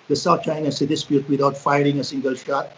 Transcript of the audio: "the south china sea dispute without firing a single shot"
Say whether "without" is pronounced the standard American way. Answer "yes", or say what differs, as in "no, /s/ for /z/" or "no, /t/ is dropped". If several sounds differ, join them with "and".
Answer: no, /t/ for /θ/